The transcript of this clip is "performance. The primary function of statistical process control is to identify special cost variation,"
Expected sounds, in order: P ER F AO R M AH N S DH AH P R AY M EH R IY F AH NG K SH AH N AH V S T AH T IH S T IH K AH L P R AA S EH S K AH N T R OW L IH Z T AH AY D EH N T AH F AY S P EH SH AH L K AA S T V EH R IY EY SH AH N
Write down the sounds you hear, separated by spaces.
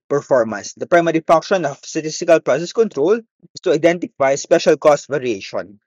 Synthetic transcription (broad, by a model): P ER F AO R M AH N S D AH P R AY M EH R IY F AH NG K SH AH N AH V S T AH T IH S T IH K AH L P R AA S EH S K AH N T R OW L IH S T AH AY D EH N T AH F AY S P EH SH AH L K AA S T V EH R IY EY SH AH N